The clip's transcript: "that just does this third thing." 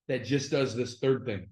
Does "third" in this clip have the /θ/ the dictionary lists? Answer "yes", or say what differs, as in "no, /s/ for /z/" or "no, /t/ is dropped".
yes